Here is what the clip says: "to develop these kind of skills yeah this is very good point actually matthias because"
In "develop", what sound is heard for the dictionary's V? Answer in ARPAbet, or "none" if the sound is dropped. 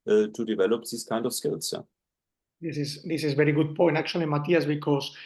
V